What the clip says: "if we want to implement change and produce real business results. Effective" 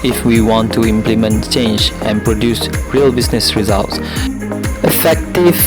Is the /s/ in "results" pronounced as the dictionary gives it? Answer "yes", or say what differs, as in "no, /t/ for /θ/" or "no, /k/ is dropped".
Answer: yes